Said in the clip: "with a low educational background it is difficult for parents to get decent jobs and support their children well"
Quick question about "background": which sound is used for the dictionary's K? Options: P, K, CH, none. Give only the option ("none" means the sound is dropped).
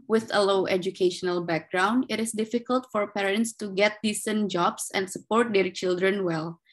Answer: K